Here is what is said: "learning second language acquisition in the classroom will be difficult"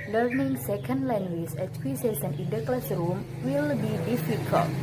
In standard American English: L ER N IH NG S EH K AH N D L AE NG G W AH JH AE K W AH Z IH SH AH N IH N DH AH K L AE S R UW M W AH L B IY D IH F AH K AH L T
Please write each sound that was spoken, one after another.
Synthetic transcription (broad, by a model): L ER N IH NG S EH K AH N D L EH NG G W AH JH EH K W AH S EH S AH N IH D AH K L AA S R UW M W AH L B IY D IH F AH K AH L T